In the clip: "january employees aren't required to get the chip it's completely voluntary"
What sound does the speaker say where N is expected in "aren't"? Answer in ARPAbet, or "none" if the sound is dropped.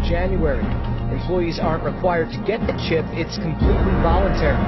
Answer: N